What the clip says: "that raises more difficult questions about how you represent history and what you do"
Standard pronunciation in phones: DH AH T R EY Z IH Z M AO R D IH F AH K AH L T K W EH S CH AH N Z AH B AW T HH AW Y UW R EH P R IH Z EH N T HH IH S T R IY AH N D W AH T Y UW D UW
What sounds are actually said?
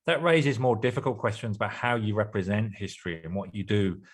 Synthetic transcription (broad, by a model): DH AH T R EY Z IH Z M AO D IH F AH K AH L K W EH S CH AH N Z AH B AW T HH AW Y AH R EH P R IH Z EH N T HH IH S T R IY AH N W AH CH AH D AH